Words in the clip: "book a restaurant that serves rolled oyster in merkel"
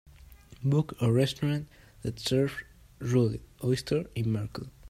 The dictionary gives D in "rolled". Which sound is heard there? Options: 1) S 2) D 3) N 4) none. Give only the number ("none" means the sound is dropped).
4